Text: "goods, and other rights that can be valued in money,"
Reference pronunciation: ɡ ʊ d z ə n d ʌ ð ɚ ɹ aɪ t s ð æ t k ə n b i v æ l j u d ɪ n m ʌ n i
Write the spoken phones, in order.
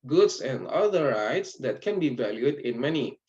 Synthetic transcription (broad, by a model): ɡ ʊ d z ə n d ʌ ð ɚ ɹ aɪ t s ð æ t k ə n b i v æ l j u d ɪ n m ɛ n i